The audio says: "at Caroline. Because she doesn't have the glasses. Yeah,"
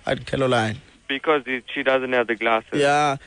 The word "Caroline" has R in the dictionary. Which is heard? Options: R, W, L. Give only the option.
L